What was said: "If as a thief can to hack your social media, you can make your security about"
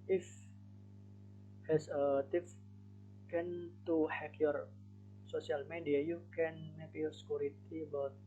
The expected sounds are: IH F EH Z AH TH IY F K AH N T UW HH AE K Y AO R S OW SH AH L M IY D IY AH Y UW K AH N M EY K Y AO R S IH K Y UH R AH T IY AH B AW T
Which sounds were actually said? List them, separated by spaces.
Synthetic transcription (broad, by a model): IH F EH S AH T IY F K AH N T UW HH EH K Y AO R S OW S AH L M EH D IY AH Y UW K AH N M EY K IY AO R S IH K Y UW R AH T IY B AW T